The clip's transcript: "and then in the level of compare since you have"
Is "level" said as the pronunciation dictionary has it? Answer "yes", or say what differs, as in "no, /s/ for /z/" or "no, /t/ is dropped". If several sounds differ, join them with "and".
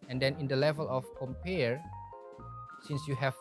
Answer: yes